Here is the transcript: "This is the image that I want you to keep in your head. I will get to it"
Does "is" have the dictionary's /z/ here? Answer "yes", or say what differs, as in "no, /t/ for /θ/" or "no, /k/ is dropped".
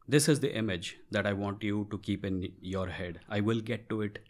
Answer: yes